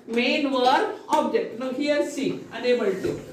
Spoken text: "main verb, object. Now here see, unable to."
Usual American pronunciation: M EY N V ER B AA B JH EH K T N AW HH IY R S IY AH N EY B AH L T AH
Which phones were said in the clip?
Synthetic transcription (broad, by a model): M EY N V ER AA B JH EH K T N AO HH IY R S IY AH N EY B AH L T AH